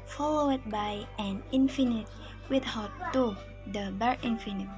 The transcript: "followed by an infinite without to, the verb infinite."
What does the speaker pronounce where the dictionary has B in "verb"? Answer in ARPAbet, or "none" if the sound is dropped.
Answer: none